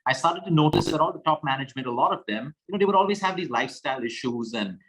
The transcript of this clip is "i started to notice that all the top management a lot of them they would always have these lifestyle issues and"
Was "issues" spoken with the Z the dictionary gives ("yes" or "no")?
yes